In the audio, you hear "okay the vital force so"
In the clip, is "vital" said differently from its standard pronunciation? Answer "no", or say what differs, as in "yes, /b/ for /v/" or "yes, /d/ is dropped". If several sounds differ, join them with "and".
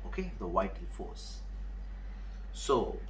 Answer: yes, /w/ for /v/ and /n/ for /l/